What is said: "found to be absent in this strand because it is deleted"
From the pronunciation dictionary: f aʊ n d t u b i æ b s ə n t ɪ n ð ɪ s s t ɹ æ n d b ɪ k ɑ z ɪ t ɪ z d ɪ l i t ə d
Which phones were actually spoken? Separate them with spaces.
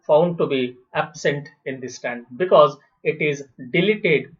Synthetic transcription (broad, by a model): f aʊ n d t u b i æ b s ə n t ɪ n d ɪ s s t æ n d b ɪ k ɑ z ɪ t ɪ z d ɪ l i t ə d